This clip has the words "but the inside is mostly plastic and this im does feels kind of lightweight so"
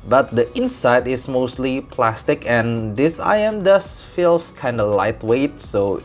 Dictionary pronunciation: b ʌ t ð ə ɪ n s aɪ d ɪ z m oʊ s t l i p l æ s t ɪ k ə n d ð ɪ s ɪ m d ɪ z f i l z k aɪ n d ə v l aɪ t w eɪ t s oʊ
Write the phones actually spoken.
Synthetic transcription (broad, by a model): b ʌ t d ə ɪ n s aɪ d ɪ s m oʊ s t l i p l æ s t ɪ k ə n d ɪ s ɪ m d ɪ s f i l s k aɪ n d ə l aɪ t w eɪ t s oʊ